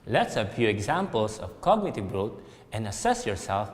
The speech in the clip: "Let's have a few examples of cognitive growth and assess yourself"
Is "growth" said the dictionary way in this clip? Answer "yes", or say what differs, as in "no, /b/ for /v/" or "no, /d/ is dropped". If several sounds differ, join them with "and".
no, /t/ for /θ/